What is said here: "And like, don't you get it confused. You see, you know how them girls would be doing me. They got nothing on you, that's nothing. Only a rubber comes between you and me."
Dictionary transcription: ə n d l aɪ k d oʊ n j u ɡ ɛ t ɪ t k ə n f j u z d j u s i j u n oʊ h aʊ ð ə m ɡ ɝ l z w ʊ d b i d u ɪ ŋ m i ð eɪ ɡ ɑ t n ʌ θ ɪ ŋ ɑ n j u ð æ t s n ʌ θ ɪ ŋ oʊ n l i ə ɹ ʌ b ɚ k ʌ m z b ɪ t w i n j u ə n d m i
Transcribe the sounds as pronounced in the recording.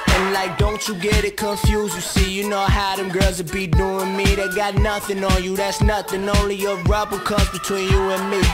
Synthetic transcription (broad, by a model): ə n l aɪ k d oʊ n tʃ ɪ ɡ ɛ t ɪ t k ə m f j u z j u s i j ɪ n oʊ h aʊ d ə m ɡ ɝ z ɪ b i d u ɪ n m i ð eɪ ɡ ɑ t n ʌ θ ɪ ŋ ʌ n j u ð æ t s n ʌ θ ɪ ŋ oʊ n l i ə ɹ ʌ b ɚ k ʌ m z b ɪ t w i n j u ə n m i